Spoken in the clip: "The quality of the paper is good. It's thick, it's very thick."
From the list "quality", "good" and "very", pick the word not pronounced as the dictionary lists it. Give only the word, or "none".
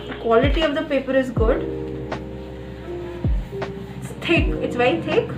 very